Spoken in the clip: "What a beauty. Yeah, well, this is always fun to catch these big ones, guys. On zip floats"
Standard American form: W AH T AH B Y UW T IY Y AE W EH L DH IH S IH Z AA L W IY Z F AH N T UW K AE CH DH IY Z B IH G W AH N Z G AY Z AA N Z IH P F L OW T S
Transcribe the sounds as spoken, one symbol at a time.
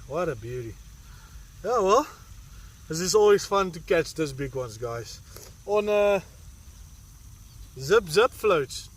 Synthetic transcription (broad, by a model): W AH T AH B Y UW T IY Y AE W EH L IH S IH S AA L W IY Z F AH N T UW K AE CH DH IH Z B IH G W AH N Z G AY Z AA N Z IH P F L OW T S